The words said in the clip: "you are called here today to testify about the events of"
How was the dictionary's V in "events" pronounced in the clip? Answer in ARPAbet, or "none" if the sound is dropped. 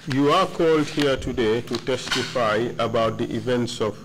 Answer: V